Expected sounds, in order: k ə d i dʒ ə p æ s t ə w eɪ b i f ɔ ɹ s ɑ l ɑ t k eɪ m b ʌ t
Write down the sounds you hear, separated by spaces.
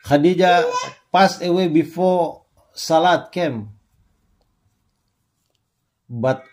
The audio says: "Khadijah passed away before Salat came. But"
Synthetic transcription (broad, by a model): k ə d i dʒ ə p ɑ s ə w eɪ b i f ɔ s ɑ l ɑ t k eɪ m b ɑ t